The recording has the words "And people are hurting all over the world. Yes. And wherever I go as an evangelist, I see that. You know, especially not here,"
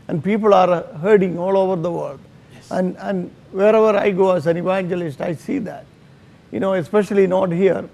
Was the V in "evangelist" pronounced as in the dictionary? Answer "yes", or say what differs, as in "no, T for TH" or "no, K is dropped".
yes